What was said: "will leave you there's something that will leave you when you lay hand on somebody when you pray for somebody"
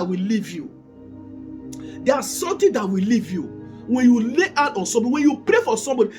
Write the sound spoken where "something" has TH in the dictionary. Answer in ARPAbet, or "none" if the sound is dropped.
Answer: T